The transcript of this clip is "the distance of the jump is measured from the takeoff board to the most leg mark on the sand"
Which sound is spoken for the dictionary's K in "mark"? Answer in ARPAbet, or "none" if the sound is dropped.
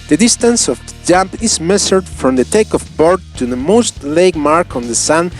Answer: K